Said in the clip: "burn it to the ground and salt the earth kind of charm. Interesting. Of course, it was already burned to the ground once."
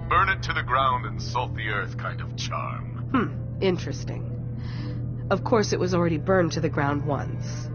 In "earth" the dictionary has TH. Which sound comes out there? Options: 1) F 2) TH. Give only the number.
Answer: 2